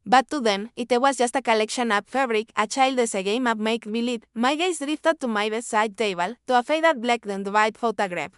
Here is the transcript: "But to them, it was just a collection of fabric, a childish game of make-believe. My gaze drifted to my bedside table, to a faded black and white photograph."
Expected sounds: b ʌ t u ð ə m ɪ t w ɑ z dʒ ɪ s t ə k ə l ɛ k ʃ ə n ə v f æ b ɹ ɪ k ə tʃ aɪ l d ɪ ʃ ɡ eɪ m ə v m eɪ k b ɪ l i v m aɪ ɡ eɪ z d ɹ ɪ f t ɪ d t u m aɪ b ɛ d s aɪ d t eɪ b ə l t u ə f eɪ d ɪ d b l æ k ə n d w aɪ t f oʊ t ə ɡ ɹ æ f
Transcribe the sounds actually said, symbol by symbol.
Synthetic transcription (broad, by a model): b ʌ t u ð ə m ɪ t w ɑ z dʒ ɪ s t ə k ə l ɛ k ʃ ə n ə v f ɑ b ɹ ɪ k ə tʃ aɪ l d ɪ s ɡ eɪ m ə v m eɪ k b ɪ l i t m aɪ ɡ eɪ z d ɹ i f t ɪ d t u m aɪ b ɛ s aɪ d t eɪ b ə l t u ə f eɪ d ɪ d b l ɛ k ə n d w aɪ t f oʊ t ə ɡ ɹ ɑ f